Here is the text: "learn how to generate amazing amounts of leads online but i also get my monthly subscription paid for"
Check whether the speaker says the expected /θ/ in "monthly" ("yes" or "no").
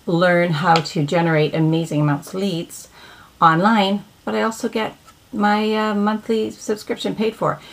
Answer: yes